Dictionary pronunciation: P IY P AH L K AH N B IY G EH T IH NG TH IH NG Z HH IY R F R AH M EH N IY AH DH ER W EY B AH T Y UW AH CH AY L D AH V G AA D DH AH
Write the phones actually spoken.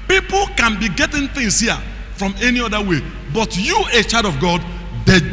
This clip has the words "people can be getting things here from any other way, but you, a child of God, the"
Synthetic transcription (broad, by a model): P IY P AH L K AH N B IY G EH T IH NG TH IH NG S HH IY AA F R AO M EH N IY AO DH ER W EY B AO T Y UW AH CH AY D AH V G AA D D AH